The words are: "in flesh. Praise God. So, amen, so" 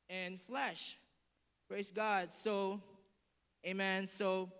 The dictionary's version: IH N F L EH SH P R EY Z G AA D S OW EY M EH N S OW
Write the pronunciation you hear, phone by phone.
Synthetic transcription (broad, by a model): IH N F L EH SH P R EY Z G AA D S OW EY M EH N S OW